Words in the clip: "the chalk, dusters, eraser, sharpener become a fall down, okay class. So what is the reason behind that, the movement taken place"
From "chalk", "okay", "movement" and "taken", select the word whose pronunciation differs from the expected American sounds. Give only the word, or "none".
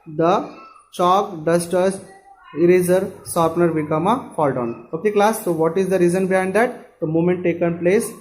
movement